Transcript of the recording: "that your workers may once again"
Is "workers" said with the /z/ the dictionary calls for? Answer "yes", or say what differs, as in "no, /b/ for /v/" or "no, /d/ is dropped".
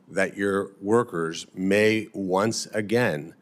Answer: yes